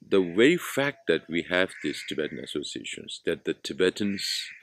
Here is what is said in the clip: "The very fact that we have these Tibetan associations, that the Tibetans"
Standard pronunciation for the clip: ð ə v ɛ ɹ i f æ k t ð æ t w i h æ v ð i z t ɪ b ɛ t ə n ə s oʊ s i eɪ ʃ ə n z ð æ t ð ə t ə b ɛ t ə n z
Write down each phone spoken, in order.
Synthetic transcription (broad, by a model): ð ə w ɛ i f æ k t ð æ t w i h æ v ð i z t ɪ b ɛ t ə n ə s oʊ s i eɪ ʃ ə n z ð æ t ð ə t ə b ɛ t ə n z